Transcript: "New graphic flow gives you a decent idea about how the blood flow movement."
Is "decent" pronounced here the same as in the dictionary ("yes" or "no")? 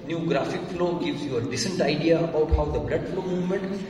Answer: yes